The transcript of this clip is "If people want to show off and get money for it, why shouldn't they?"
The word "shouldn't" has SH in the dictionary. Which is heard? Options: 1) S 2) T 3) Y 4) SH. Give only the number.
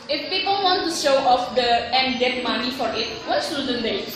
1